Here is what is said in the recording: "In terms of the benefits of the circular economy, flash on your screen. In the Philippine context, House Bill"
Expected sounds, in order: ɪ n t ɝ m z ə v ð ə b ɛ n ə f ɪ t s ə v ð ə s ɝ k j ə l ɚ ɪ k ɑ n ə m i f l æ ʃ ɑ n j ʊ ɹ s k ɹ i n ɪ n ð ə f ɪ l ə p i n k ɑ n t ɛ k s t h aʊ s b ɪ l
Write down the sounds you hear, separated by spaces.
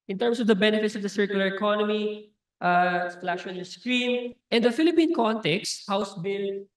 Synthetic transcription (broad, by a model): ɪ n t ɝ m s ə v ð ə b ɛ n ə f ɪ t s ə v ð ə s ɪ k j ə l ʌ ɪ k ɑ n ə m i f l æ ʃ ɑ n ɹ s k ɹ i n ɪ n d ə f ɪ l ə p i n k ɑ n t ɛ k s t h aʊ s b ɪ l